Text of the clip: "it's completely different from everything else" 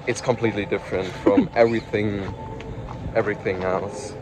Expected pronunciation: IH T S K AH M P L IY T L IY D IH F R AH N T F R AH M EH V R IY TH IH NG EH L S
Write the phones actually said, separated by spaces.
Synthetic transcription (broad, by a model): IH T S K AH M P L IY T L IY D IH F R AH N T F R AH M EH V R IY TH IH NG EH L S